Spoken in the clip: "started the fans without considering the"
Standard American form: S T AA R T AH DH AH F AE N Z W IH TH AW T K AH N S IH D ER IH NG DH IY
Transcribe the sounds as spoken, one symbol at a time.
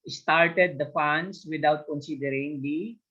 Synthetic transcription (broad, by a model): S T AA R T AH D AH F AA N S W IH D AW T K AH N S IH D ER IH NG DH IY